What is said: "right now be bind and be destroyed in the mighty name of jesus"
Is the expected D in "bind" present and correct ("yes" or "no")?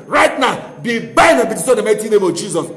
no